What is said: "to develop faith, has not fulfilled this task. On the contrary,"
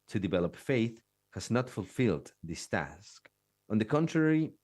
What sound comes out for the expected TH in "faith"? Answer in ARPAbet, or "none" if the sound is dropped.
TH